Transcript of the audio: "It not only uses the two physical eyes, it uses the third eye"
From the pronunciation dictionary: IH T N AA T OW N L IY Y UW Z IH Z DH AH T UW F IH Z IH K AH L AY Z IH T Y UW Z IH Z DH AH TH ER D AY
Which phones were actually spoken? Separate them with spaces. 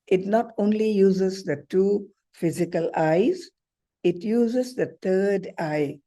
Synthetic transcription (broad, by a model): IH T N AA T OW N L IY Y UW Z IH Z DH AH T UW F IH Z IH K AH L AY Z IH T Y UW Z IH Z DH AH T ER D AY